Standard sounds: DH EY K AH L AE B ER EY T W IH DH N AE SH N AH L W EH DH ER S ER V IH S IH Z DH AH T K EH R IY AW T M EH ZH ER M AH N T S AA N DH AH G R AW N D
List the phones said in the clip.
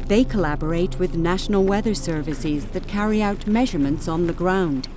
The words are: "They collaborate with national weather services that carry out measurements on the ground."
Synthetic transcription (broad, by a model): DH EY K AH L AE B ER EY T W IH DH N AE SH N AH L W EH DH ER S ER V IH S IH Z DH AH T K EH R IY AW T M EH ZH ER M AH N T S N DH AH G R AW N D